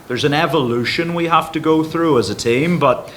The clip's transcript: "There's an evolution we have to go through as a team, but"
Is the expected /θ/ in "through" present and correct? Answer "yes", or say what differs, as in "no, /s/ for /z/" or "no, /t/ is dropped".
yes